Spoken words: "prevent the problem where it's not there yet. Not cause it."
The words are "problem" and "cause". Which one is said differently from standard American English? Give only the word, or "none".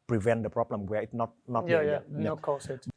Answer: cause